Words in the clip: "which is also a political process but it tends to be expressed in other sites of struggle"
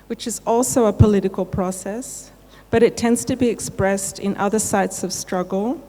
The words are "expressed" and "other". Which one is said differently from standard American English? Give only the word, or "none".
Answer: none